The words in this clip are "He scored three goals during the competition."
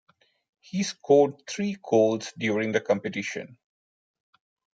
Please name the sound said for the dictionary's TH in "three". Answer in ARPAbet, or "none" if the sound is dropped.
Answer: T